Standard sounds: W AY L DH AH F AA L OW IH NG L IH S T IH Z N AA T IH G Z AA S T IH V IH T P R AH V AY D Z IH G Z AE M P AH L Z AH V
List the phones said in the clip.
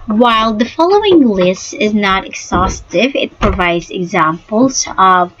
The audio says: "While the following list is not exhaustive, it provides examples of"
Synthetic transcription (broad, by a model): W AY L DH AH F AA L OW IH NG L IH S T IH Z N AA T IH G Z AA S T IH V IH T P R AH V AY D Z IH G Z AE M P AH L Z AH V